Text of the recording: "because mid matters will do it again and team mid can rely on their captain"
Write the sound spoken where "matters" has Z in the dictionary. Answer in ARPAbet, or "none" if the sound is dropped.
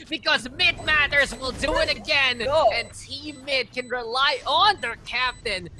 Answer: Z